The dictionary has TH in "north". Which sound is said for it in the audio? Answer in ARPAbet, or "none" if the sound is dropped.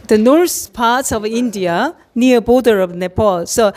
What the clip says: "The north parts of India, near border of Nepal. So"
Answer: S